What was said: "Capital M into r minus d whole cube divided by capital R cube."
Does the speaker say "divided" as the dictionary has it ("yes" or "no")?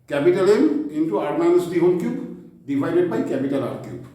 no